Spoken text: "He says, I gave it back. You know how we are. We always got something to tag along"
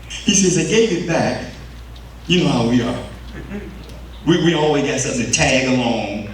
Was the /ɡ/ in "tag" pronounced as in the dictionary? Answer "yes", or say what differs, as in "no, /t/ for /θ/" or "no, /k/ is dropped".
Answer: yes